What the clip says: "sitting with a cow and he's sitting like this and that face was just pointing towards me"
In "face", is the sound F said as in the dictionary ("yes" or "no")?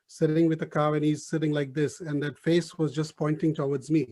yes